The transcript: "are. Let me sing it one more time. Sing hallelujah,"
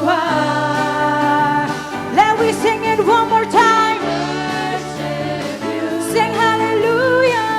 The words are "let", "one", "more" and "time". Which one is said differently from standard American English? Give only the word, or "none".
none